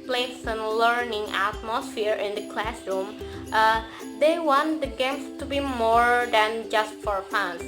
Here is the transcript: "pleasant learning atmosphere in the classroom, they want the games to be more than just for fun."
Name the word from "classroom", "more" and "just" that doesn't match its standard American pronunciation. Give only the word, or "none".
none